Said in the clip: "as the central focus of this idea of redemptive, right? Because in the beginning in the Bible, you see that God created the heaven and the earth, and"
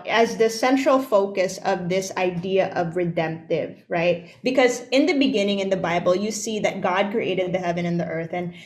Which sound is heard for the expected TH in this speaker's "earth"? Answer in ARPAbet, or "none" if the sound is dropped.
TH